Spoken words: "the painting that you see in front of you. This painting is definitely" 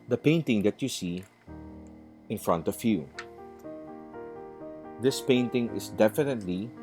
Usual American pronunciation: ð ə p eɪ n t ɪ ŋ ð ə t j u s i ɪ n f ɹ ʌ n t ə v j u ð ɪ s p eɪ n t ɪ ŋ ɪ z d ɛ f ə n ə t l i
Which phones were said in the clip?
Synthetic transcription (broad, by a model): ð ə p eɪ n t ɪ ŋ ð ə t j u s i ɪ n f ɹ ʌ n t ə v j u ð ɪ s p eɪ n t ɪ ŋ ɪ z d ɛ f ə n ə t l i